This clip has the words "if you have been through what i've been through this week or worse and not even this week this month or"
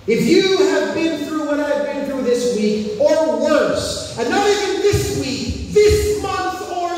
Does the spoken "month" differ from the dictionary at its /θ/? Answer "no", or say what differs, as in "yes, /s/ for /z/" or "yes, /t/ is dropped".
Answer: no